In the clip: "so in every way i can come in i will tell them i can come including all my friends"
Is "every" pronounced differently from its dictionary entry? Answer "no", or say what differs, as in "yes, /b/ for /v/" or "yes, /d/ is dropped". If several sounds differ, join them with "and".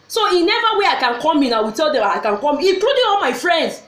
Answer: yes, /ɹ/ is dropped